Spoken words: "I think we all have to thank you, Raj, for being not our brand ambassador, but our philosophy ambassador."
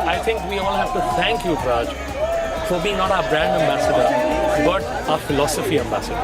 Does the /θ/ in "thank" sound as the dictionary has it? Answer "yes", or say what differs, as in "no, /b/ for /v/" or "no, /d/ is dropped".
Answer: no, /t/ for /θ/